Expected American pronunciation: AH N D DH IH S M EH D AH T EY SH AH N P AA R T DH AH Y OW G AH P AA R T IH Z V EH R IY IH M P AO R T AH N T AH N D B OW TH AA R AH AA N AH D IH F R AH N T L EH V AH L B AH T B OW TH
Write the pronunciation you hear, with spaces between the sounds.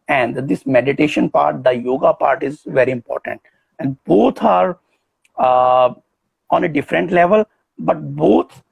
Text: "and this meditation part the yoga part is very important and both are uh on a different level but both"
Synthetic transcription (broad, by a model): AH N D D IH S M EH D AH T EY SH AH N P AA R T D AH Y OW G AH P AA R T IH Z V EH R IY IH M P AO R T AH N T AH N D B OW T AA R AA N AH D IH F R AH N T L EH V AH L B AH T B OW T